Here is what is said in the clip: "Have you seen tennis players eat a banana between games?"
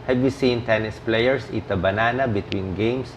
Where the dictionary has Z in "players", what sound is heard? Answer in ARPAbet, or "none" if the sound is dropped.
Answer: S